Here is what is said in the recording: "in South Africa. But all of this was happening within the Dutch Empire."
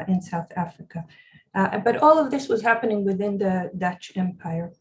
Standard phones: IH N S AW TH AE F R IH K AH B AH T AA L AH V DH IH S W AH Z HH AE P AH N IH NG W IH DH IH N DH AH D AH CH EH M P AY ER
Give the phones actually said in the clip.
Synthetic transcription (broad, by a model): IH N S AW TH AE F R IH K AH B AH T AA L AH V DH IH S W AH Z HH AE P AH N IH NG W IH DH IH N DH AH D AH CH EH M P AY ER